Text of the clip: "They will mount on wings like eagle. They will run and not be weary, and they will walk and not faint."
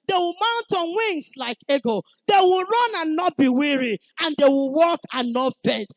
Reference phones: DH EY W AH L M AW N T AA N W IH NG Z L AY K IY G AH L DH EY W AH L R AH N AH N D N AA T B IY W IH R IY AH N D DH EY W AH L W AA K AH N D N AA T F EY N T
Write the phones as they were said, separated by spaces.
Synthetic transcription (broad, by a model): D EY W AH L M AW N T AA N W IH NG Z L AY K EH G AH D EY W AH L R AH N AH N N AA T B IY W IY R IY AH N D EY W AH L W AA K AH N N AA T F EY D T